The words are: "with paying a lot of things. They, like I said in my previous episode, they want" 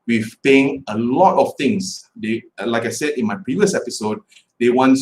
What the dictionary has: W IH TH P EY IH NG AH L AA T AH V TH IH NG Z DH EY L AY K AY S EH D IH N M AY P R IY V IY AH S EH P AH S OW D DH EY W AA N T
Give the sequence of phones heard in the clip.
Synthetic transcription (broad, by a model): W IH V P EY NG AH L AA T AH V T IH NG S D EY L AY K AY S EH D IH N M AY P R IY V IY AH S EH P AH S OW D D EY W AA N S